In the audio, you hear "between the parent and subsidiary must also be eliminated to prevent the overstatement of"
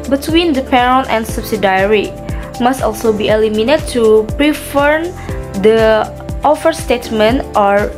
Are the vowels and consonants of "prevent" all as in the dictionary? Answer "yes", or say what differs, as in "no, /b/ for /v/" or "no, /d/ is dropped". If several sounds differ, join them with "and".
no, /f/ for /v/